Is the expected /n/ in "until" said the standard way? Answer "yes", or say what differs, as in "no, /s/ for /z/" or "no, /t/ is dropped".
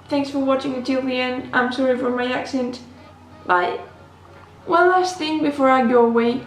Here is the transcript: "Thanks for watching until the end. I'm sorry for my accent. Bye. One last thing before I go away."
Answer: no, /n/ is dropped